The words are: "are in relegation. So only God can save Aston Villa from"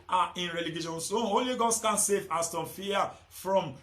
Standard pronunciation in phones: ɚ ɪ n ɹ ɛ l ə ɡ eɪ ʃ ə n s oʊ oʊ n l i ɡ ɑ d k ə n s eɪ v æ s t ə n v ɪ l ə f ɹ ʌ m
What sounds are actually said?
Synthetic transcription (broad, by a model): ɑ ɪ n ɹ ɛ l ə ɡ eɪ ʃ ə n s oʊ oʊ l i ɡ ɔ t k ə n s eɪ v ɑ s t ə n f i ə f ɹ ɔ m